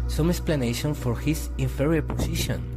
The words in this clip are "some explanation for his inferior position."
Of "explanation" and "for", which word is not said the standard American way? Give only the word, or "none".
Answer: none